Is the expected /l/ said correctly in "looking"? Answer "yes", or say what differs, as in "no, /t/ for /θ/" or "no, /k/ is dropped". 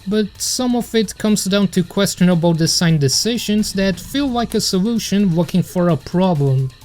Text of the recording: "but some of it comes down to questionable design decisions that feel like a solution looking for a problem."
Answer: no, /w/ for /l/